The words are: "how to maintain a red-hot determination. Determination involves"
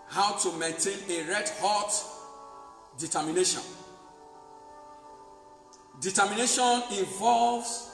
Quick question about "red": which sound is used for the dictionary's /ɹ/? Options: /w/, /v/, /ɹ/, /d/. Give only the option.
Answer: /ɹ/